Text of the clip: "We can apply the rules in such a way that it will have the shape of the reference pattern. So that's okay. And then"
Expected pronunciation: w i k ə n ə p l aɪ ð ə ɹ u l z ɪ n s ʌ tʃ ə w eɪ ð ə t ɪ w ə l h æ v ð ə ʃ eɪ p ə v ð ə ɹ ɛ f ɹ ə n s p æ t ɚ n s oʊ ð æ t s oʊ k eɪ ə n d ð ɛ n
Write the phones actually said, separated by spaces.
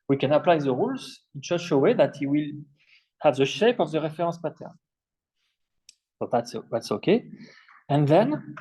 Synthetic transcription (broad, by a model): w i k ə n ə p l aɪ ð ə ɹ u l z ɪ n ʃ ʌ ʃ ə w eɪ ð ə t ɪ w ə l h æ v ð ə ʃ eɪ p ə v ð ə ɹ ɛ f ɹ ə s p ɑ t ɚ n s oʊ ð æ t s oʊ k eɪ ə n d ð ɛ n